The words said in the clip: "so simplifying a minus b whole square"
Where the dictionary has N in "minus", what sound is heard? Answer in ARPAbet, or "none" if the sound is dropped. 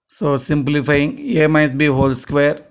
none